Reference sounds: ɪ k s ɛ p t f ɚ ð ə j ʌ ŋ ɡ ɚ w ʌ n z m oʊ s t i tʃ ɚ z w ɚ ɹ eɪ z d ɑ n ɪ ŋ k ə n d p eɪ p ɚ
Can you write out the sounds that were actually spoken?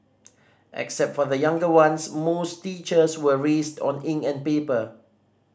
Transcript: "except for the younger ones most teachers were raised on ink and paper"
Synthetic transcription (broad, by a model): ɪ k s ɛ p t f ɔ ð ə j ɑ ŋ ɡ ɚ w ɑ n s m oʊ s t i tʃ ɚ s w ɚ ɹ eɪ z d ɑ n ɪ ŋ ə n p eɪ p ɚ